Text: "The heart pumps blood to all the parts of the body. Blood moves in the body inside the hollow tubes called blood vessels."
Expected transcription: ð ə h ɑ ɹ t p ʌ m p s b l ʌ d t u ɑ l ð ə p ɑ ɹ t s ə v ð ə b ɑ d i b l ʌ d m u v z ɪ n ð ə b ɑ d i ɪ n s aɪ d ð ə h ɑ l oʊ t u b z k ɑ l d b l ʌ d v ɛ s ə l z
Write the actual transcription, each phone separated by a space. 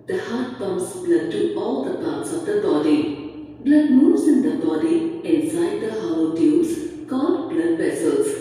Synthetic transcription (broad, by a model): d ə h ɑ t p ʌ m s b l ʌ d t u ɑ l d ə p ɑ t s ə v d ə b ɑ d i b l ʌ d m u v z ɪ n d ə b ɑ d i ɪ n s aɪ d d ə h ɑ w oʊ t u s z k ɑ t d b l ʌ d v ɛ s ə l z